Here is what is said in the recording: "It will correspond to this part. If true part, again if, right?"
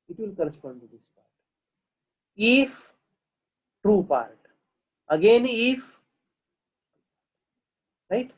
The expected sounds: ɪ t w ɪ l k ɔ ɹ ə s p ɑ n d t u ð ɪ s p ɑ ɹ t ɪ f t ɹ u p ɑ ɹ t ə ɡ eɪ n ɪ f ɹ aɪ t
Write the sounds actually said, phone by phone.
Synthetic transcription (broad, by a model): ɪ t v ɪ l k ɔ ɹ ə s p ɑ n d t u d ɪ s p ɑ ɹ t ɪ f t ɹ u p ɑ ɹ t ə ɡ eɪ n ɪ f ɹ aɪ t